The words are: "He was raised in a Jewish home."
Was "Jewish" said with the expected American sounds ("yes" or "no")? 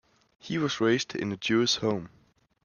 no